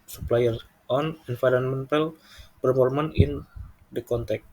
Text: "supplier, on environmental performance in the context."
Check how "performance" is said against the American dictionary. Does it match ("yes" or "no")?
no